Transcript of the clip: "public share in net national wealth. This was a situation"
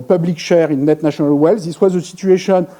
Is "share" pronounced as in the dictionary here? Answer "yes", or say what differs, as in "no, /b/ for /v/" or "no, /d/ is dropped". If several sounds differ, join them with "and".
yes